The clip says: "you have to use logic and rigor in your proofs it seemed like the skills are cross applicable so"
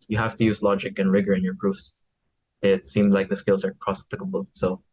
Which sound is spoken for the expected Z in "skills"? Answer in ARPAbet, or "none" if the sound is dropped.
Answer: Z